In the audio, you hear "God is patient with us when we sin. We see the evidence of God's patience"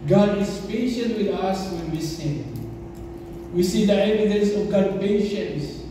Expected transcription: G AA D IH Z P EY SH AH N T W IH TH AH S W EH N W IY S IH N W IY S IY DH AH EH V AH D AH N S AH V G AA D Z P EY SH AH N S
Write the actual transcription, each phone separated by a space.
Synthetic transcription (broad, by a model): G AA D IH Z P EY SH AH N T W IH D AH S W EH N W IY S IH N W IY S IY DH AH EH V AH D AH N S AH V G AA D P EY SH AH N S